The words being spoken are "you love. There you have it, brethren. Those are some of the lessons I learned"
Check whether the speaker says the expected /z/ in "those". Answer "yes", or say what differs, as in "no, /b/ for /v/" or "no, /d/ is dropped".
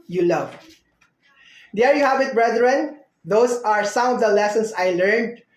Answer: no, /s/ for /z/